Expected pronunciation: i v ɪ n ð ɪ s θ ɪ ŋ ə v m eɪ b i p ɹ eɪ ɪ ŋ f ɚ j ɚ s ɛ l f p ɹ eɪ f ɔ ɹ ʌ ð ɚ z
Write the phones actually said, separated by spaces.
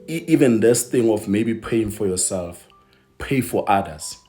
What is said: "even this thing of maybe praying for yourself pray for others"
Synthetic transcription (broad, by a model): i v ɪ n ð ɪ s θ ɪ ŋ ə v m eɪ b i p eɪ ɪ ŋ f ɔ j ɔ s ɛ l f p eɪ f ɔ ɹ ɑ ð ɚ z